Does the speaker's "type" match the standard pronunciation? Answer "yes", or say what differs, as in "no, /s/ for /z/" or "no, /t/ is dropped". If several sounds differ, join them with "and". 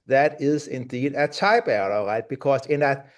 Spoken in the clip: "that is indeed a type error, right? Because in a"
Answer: no, /b/ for /p/